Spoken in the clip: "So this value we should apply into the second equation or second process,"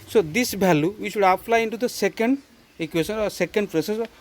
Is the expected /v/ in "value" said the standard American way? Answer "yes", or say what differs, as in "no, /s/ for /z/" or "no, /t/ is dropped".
no, /b/ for /v/